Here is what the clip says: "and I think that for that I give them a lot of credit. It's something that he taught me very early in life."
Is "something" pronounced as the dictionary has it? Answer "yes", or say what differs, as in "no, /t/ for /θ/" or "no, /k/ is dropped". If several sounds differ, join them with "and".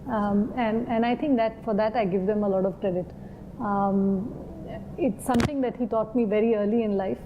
no, /t/ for /θ/